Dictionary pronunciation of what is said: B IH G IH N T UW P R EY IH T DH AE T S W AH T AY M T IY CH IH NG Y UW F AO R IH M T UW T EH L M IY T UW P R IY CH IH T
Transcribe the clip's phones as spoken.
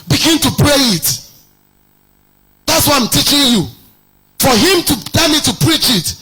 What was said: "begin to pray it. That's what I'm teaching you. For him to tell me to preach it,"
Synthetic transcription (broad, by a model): B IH G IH N T UW P R EY IH T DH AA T S W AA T AY M T IY CH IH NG Y UW F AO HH IH M T UW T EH M IY T UW P R IY CH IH T